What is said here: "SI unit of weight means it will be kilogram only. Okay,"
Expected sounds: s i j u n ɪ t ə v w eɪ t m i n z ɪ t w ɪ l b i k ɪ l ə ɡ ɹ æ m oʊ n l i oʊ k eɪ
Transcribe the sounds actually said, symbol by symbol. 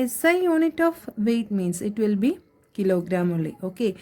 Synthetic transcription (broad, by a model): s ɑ j u n ɪ t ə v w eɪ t m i n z ɪ t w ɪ l b i k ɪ l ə ɡ ɹ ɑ m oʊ l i oʊ k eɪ